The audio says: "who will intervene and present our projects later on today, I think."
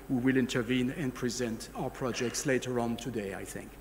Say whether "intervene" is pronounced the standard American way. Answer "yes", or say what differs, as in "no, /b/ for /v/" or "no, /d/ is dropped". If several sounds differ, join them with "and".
yes